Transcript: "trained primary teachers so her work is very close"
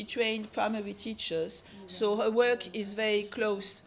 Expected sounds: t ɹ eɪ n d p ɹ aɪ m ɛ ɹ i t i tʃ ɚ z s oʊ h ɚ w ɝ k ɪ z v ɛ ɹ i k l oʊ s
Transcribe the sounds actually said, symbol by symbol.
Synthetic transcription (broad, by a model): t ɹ eɪ n d p ɹ aɪ m ɛ ɹ i t i tʃ ɚ z s oʊ h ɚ w ɝ k ɪ z v ɛ ɹ i k l oʊ s